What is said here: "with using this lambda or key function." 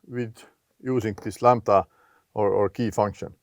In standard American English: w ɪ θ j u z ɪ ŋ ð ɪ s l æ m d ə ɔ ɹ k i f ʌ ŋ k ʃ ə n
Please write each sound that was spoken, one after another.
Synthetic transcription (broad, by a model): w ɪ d j u s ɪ ŋ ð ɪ s l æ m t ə ɔ ɹ k i f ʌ ŋ k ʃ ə n